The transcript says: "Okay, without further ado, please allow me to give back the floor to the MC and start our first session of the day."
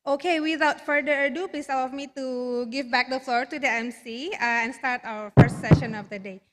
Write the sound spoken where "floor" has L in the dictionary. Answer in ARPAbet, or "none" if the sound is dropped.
L